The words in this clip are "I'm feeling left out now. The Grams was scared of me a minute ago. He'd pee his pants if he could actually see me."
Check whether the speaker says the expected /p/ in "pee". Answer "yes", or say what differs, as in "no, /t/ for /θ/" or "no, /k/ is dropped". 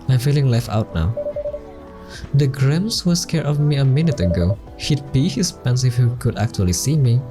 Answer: no, /b/ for /p/